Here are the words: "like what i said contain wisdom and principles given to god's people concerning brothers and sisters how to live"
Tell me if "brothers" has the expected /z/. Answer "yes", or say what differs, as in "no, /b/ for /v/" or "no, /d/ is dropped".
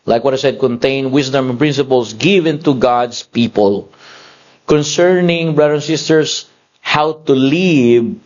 no, /z/ is dropped